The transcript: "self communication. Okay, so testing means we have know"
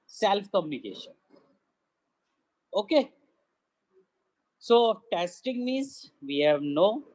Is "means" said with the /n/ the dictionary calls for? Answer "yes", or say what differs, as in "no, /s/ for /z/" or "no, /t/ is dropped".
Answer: no, /n/ is dropped